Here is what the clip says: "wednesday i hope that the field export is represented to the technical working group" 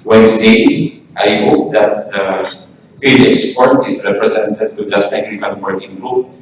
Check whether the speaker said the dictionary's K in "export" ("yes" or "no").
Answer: no